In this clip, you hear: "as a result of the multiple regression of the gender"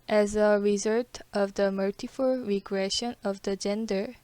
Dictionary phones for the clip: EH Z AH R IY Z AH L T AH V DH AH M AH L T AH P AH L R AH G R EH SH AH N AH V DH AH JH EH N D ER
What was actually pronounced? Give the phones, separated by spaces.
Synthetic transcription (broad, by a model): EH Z AH R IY Z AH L T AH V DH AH M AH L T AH F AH L R AH G R EH SH AH N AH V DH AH JH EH N D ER